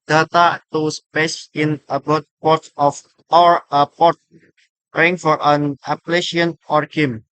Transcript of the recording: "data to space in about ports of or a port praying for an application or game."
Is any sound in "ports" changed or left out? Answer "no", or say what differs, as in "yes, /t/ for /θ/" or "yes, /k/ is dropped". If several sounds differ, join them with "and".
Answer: yes, /s/ is dropped